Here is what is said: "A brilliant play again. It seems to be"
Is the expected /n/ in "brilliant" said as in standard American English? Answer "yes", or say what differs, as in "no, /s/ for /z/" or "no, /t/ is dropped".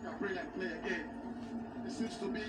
no, /n/ is dropped